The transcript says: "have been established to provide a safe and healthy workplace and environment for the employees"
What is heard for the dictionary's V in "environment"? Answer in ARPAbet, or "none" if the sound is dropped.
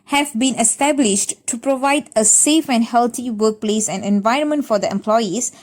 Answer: V